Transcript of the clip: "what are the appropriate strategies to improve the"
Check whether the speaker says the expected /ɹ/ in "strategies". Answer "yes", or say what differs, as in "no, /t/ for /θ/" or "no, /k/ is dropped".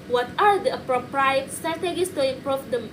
no, /ɹ/ is dropped